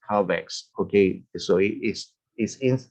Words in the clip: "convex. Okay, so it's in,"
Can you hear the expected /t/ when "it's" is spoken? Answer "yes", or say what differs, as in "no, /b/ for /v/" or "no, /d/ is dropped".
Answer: no, /s/ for /t/